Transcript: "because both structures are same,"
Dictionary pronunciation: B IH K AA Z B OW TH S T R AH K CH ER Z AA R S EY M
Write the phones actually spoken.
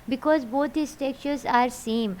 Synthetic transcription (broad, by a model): B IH K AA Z B OW T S T EH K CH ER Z AA R S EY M